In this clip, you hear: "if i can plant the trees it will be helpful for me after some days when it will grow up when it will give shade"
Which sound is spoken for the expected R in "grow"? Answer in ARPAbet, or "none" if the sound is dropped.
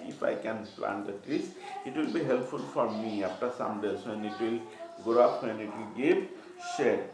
none